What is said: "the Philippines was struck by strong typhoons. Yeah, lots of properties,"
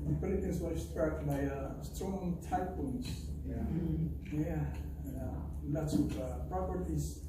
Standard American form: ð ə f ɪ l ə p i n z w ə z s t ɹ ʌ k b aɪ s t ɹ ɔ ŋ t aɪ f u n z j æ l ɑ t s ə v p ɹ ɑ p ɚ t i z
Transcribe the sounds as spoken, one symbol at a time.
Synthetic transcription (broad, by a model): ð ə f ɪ l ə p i n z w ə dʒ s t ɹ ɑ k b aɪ s t ɹ ɔ ŋ t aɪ p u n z j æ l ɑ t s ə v p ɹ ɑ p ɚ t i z